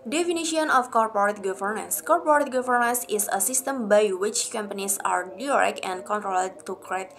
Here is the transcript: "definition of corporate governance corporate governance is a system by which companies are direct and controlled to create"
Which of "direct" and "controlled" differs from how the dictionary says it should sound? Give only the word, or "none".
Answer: direct